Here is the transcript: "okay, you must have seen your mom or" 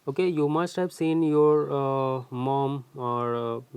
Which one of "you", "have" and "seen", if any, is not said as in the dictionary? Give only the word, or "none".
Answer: have